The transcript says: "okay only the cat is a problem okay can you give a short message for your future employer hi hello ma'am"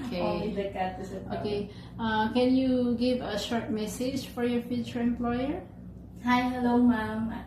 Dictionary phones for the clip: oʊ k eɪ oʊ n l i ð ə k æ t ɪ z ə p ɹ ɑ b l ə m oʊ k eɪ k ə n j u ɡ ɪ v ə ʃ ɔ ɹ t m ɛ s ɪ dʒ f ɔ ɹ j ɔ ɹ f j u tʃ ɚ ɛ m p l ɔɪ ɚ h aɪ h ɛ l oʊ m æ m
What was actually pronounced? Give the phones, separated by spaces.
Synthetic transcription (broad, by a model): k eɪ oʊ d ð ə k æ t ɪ ə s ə oʊ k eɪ k ə n j u ɡ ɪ v ə ʃ ɔ ɹ t m ɛ s ɪ dʒ f ɔ ɹ j ɔ ɹ f j u tʃ ɚ ɛ m p l ɔɪ ɚ h aɪ h ɛ l oʊ m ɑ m